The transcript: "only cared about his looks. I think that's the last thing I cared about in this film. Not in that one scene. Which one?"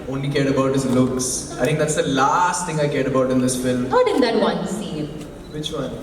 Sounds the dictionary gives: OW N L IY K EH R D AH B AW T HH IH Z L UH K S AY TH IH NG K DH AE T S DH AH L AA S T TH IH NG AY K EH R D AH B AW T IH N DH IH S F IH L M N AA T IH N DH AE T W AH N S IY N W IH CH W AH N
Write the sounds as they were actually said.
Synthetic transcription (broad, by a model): OW N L IY K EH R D AH B AW T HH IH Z L UH K S AY T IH NG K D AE T S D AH L AA S T T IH NG AY K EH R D AH B AW T IH N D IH S F IH L M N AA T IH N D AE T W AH N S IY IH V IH CH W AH N